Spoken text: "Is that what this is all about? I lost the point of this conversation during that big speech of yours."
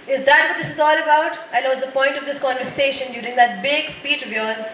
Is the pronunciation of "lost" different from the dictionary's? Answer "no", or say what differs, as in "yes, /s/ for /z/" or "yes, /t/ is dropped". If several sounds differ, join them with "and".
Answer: yes, /n/ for /l/